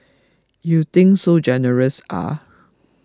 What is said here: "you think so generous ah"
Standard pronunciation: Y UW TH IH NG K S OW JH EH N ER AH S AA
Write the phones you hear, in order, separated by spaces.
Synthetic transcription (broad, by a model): Y UW T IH NG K S OW JH EH N ER AH S AA